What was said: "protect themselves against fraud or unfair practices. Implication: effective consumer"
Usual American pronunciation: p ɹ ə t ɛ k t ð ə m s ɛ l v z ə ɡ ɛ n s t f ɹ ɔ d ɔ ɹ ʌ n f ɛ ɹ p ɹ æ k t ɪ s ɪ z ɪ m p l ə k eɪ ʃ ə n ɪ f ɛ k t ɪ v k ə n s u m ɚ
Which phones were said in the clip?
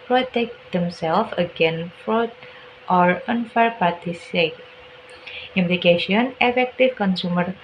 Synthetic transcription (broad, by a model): p ɹ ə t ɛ k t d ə m s ɛ l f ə ɡ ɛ n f ɹ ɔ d ɔ ɹ ʌ n f ɛ ɹ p ɑ t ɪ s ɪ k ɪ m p l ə k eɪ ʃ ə n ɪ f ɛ k t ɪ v k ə n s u m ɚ